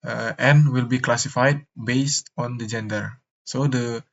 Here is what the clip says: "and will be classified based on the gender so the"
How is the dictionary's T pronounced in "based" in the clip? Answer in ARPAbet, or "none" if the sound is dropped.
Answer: T